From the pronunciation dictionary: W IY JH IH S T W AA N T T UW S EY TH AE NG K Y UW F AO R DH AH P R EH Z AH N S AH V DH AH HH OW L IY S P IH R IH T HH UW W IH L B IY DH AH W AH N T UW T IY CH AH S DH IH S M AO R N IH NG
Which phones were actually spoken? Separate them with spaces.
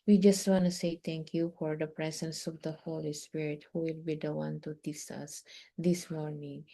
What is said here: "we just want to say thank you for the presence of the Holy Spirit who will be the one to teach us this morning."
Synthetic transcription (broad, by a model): W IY JH IH S T W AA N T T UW S EY T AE NG K Y UW F AO R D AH P R EH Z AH N S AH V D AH HH OW L IY S P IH R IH T HH UW W IH L B IY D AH W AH N T UW T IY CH AH S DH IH S M AO R N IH NG